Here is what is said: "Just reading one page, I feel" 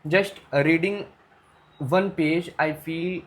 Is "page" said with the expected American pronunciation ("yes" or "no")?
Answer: yes